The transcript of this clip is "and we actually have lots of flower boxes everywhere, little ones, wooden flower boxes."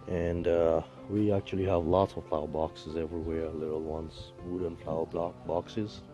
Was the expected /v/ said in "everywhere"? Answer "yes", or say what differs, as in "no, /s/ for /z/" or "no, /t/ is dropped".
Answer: yes